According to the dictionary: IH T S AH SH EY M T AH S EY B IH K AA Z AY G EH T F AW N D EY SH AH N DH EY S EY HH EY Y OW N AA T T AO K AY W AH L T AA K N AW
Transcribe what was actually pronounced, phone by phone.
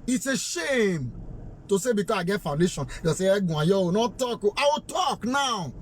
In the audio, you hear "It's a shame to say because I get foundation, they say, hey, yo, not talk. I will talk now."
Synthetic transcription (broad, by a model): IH T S AH SH EY M T AH S EY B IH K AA AY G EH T F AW N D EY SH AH N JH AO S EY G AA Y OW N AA T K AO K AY W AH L T AA K N AW